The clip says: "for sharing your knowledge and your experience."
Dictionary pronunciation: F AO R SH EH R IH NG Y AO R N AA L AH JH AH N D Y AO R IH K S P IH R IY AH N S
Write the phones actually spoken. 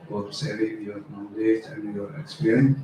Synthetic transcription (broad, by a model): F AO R S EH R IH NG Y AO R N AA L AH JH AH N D Y AO R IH K S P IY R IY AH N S